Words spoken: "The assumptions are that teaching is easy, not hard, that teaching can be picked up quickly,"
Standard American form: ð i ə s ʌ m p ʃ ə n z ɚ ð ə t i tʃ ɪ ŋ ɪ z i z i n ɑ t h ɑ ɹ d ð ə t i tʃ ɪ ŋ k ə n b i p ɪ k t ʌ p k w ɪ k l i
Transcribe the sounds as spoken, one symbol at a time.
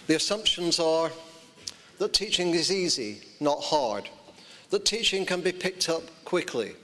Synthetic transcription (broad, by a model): ð i ə s ʌ m p ʃ ə n z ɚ ð ə t i tʃ ɪ ŋ ɪ z i z i n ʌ t h ɑ ɹ d ð ə t i tʃ ɪ ŋ k ə n b i p ɪ k t ʌ p k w ɪ k l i